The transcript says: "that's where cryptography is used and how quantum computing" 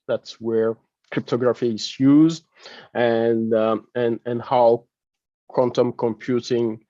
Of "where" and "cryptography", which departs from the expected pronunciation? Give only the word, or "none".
none